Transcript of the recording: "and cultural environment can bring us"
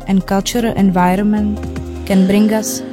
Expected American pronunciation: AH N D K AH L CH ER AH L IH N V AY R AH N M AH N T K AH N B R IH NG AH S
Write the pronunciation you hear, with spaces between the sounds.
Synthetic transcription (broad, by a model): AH N K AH L CH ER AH L IH N V AY R AH N M AH N T K AH N B R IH NG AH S